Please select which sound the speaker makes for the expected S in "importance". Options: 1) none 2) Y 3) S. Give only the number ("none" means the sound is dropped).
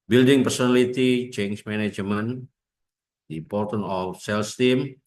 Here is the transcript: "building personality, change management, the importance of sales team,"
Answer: 1